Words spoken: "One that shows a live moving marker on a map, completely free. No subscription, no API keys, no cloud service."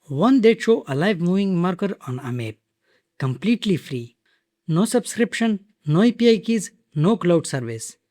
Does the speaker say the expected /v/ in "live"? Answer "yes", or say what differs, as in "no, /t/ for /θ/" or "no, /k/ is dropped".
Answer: yes